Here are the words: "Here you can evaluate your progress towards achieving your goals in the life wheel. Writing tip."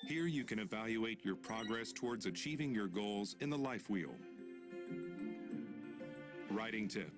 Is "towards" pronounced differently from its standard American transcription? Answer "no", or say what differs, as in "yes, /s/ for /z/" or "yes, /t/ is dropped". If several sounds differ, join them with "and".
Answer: no